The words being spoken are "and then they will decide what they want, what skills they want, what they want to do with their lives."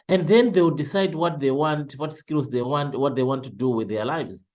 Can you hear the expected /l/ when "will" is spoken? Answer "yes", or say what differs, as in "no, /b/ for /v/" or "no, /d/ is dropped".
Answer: no, /w/ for /l/